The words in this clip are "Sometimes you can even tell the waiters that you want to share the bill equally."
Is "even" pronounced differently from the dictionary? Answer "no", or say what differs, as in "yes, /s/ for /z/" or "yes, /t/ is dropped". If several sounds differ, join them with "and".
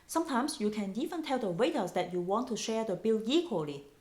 yes, /f/ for /v/